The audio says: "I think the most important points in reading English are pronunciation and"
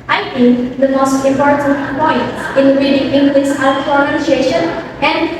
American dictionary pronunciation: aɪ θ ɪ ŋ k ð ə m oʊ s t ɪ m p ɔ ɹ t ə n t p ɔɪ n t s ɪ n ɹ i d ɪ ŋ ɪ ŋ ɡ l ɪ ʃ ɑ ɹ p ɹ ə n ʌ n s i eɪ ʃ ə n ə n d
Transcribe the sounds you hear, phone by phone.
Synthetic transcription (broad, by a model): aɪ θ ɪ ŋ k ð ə m oʊ s t ɪ m p ɔ ɹ t ə n t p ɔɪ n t ɪ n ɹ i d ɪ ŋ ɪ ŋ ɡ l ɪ s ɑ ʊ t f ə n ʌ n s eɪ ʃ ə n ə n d